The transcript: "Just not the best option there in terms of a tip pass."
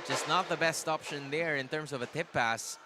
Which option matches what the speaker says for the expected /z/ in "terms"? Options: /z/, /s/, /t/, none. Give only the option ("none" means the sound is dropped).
/s/